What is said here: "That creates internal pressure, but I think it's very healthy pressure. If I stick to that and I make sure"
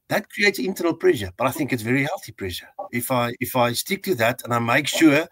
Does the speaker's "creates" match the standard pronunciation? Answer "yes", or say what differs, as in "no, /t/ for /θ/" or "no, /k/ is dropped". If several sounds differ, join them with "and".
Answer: yes